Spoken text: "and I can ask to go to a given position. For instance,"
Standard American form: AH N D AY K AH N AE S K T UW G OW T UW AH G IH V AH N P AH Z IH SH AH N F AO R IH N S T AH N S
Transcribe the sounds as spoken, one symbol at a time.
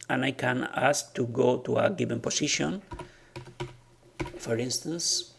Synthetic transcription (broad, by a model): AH N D AY K AH N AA S K T UW G OW T UW AH G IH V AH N P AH S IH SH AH N F AO R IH N S T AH N S